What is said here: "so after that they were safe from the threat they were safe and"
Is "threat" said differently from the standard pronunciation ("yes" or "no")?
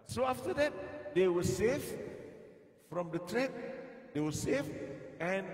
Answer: yes